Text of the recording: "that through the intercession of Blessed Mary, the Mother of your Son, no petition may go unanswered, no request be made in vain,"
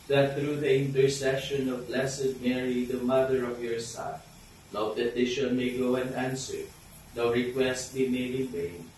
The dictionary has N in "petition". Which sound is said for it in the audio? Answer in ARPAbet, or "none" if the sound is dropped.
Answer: L